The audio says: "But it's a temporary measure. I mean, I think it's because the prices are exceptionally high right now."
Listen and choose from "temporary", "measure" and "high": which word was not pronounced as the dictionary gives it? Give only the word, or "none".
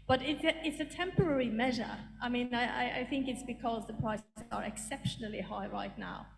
none